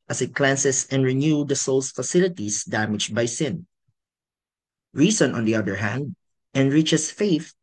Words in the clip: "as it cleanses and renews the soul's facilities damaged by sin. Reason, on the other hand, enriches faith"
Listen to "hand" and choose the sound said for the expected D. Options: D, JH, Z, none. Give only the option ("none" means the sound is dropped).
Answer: D